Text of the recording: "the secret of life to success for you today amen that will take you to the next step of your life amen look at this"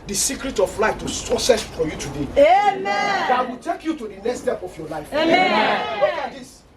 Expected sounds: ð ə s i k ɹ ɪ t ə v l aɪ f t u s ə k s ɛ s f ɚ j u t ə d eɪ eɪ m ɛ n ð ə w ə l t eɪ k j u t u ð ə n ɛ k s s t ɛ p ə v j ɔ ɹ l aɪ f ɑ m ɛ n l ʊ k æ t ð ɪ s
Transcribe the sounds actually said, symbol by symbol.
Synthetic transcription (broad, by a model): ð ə s i k ɹ ɪ t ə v l aɪ f t u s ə s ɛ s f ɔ j u t ə d eɪ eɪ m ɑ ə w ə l t eɪ k j u t u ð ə n ɛ k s s t ɛ p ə f j ɔ l aɪ f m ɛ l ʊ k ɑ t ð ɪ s